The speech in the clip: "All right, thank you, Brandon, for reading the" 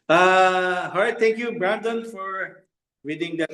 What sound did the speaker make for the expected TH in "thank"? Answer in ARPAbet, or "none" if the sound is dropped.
T